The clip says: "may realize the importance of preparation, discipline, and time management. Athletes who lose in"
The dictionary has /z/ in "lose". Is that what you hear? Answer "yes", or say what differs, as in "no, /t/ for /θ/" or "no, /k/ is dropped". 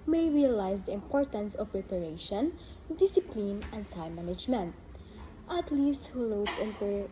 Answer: no, /s/ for /z/